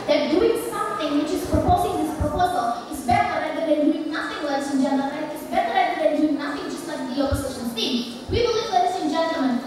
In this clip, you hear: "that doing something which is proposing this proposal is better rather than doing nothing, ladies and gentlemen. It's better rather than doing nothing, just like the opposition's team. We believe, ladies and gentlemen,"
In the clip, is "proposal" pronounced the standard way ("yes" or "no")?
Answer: yes